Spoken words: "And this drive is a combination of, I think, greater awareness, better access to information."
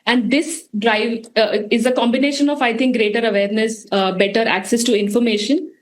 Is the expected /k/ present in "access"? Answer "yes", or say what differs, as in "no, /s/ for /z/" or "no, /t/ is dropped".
yes